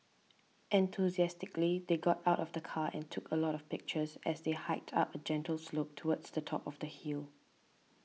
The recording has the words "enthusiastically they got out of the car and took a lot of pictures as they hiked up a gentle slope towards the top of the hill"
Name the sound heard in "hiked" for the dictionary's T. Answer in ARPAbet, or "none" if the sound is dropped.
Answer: T